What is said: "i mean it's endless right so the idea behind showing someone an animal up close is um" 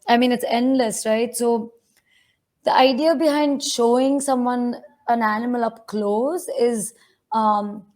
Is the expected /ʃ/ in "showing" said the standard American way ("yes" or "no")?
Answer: yes